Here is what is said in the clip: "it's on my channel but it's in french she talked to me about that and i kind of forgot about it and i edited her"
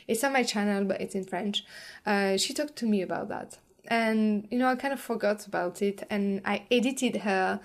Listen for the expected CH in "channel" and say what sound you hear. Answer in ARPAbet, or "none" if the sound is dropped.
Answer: CH